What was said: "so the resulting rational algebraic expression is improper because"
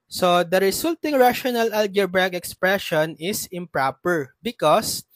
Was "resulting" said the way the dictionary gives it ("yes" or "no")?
no